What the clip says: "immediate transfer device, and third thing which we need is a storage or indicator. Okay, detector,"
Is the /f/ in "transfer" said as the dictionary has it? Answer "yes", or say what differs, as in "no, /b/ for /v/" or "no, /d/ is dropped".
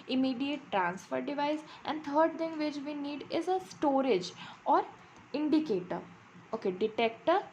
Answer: yes